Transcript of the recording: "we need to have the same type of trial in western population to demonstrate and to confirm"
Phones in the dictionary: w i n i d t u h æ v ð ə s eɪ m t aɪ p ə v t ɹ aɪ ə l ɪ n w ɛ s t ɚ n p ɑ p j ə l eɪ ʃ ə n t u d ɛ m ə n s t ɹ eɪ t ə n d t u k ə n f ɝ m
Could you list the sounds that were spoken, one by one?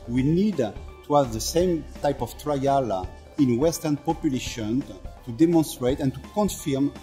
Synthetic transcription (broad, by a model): w i n i d t u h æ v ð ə s eɪ m t aɪ p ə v t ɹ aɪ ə l ɪ n w ɛ s t ɚ n p ɑ p j ə l eɪ ʃ ə n t u d ɛ m ə n s t ɹ eɪ t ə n t u k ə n f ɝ m